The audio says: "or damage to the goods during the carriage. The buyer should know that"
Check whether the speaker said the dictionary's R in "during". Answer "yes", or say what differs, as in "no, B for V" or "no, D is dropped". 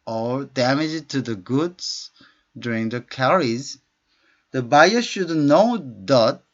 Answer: yes